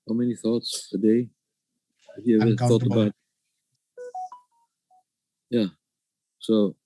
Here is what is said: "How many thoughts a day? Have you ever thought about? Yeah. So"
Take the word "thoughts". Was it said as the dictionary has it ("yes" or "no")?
yes